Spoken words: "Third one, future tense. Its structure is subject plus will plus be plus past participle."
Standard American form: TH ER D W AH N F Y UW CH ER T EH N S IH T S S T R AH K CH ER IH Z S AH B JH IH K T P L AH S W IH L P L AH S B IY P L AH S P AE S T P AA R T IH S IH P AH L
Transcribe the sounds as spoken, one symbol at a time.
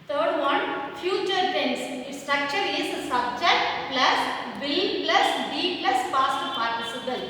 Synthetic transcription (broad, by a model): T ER D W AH N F Y UW CH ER T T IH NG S S T R AH K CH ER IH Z S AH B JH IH T P L AH S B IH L P L AH S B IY P L AH S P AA S T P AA R T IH S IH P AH L